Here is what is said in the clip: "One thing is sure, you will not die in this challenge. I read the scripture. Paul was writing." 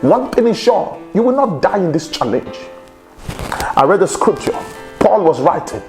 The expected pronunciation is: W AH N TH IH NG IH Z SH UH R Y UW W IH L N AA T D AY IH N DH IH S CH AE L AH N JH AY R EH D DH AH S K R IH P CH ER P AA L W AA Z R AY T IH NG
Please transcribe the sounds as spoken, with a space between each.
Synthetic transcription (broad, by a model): W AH N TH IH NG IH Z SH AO Y UW W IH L N AA T D AY IH N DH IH S CH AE L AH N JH AY R EH D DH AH S K R IH P CH ER P AA L W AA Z R AY T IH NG